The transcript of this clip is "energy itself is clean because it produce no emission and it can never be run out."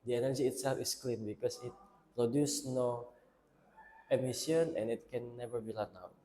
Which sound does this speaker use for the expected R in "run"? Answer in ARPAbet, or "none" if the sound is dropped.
L